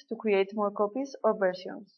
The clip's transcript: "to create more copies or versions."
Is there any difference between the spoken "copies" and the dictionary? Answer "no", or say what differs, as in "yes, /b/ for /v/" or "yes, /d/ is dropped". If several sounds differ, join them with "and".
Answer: yes, /s/ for /z/